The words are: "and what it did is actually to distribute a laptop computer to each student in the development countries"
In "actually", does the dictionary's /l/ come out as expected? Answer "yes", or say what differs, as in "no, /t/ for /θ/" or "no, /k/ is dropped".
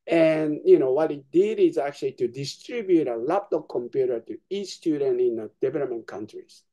yes